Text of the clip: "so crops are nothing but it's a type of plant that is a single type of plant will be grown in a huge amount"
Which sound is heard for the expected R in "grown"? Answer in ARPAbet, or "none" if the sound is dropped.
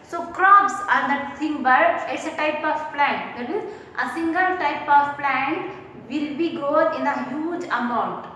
none